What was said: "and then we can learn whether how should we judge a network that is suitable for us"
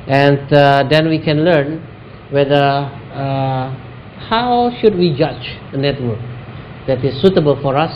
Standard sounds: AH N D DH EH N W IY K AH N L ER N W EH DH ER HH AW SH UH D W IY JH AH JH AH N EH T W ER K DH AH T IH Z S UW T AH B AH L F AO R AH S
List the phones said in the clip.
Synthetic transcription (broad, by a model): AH N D EH N W IY K AH N L ER N W EH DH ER HH AW SH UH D W IY JH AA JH AH N EH T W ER K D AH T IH S UW T AH B AH L F AO R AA S